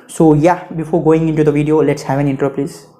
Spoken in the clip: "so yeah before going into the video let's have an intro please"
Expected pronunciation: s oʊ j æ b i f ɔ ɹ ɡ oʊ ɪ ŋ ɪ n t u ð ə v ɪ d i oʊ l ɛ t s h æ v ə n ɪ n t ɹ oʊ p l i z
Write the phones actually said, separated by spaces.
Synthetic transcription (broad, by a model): s oʊ j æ b i f ɔ ɹ ɡ oʊ ɪ ŋ ɪ n t u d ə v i d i oʊ l ɛ t s h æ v ə n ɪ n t oʊ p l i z